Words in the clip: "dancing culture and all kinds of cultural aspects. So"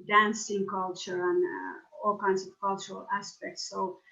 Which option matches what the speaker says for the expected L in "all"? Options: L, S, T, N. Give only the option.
L